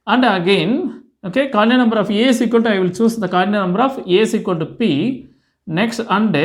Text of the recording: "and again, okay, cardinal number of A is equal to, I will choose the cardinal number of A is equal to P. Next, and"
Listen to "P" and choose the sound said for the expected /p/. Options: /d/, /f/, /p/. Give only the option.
/p/